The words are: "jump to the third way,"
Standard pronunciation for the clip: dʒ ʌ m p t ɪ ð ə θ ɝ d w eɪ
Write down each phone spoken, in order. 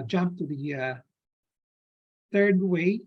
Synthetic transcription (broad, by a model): dʒ ʌ m p t ɪ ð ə θ ɝ d w eɪ